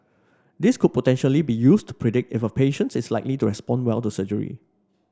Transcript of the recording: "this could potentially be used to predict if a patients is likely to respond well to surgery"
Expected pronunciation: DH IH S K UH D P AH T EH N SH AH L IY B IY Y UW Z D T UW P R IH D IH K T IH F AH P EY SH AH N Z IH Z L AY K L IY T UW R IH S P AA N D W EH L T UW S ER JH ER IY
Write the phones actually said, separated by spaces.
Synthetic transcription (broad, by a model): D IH S K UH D P AH T EH N SH AH L IY B IY Y UW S T UW P R IH D IH K T IH F AH P EY SH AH N S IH S L AY K L IY T UW R IH S P AA N D W EH L T UW S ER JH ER IY